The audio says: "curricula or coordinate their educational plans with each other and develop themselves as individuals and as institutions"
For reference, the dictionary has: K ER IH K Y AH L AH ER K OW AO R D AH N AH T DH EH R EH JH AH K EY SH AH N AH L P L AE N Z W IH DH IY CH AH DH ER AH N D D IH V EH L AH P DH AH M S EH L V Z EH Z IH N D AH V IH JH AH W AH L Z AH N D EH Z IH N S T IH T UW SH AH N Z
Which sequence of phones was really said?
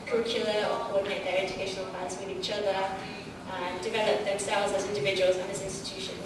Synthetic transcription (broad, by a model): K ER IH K Y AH L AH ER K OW AO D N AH AH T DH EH R EH JH AH K EY SH AH N AH L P AA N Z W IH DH IY CH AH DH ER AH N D D IH V EH L AH P DH AH M S EH L V Z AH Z IH N D AH V IH JH AH W AH L Z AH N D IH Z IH N S T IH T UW SH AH N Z